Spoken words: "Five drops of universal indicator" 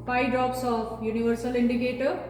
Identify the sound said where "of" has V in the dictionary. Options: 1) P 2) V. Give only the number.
1